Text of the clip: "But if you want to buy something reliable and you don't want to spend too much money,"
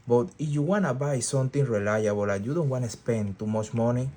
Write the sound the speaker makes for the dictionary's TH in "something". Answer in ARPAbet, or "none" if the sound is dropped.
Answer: T